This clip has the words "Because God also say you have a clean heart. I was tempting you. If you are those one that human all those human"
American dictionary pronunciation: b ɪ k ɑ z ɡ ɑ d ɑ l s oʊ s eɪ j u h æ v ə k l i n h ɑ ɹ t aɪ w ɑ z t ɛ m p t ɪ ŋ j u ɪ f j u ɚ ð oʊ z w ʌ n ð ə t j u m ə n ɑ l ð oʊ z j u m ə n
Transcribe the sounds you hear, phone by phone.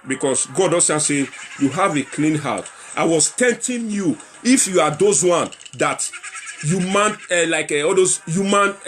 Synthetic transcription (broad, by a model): b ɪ k ɑ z ɡ ɑ d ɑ s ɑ s eɪ j u h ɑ v ə k l i n h ɑ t t aɪ w ɑ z t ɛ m t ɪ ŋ j u ɪ f j u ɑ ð oʊ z w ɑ n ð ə t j u m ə n ɑ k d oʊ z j u m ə n